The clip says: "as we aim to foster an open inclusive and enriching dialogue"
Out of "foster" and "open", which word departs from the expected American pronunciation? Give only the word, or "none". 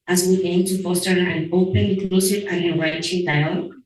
open